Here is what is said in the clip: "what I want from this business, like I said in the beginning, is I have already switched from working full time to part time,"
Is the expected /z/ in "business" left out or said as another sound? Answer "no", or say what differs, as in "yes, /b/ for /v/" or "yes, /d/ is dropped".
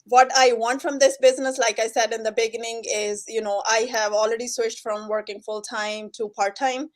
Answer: no